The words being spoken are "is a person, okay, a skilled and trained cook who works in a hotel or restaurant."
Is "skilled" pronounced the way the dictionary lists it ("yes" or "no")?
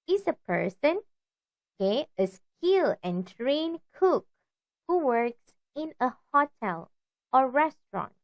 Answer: no